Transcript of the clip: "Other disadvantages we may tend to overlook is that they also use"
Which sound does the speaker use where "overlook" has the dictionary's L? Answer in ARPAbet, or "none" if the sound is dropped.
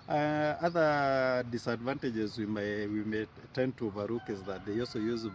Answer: none